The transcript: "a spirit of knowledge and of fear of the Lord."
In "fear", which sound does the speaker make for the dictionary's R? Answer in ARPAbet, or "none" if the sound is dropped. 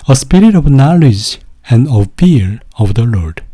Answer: L